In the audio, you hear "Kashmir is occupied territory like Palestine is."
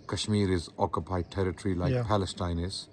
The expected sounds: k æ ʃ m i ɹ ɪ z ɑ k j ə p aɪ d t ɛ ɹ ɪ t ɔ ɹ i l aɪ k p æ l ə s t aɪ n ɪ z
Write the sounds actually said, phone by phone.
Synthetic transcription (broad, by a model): k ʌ ʃ m i ɹ ɪ z ɑ k j ə p aɪ d t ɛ ɹ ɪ t ɹ i l aɪ k p æ l ə s t aɪ n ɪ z